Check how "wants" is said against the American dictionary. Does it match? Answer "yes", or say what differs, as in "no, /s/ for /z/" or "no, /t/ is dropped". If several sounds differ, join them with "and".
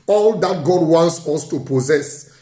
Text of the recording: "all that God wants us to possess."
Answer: yes